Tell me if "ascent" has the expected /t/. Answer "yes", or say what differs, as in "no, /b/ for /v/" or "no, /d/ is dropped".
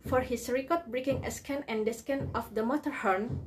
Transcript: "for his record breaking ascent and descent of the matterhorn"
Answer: no, /t/ is dropped